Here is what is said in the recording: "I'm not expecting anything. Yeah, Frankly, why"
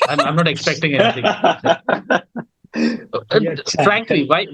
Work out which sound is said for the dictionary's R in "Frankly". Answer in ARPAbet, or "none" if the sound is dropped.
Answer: R